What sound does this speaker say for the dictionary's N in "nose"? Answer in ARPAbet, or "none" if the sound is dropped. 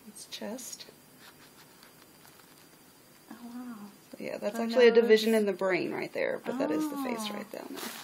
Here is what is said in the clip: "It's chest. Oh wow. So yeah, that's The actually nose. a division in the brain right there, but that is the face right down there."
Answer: L